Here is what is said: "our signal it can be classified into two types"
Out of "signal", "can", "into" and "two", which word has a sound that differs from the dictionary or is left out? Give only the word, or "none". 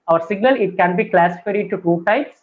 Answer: into